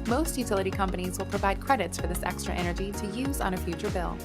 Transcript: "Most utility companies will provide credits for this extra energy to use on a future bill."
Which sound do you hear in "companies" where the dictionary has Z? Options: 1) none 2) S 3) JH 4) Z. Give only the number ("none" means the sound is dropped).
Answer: 4